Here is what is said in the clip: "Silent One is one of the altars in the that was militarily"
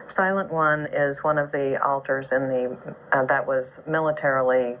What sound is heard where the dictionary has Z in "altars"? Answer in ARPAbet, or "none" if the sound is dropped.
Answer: Z